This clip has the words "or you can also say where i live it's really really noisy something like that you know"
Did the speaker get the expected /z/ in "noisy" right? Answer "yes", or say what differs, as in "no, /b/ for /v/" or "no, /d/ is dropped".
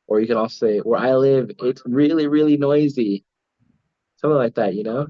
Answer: yes